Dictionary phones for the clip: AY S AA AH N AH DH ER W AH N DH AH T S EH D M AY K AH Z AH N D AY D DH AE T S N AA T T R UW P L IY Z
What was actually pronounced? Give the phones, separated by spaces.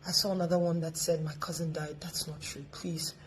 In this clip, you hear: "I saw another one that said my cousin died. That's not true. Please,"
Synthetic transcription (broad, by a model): AY S AA AH N AH DH ER W AH N DH AH T S EH D M AY K AH Z AH N D AY D DH AE T S N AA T T R UW P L IY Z